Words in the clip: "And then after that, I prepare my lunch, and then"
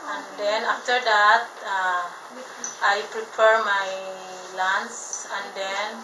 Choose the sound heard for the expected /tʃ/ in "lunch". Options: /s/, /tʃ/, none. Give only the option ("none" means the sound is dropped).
/s/